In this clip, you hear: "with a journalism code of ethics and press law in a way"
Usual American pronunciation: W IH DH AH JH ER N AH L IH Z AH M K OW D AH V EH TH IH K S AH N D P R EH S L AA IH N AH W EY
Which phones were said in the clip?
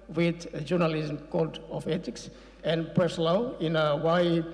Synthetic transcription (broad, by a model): W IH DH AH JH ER N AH L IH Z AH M K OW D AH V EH T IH K S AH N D P R EH S L AA IH N AH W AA